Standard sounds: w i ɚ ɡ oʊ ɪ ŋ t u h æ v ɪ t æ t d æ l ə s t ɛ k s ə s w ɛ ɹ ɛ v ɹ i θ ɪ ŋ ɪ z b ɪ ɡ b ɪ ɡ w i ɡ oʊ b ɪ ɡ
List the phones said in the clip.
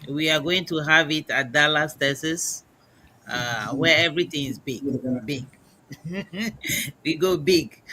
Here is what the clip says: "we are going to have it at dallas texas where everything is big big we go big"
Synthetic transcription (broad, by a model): w i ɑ ɡ oʊ ɪ ŋ t u h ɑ v ɪ t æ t d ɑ l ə s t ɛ s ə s w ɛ ɛ v ɹ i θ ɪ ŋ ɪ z b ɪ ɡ b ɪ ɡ w i ɡ oʊ b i ɡ